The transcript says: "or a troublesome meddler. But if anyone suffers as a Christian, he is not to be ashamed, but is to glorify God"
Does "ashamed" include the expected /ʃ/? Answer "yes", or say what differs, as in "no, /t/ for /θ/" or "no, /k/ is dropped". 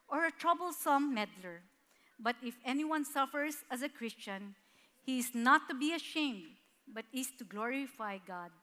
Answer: yes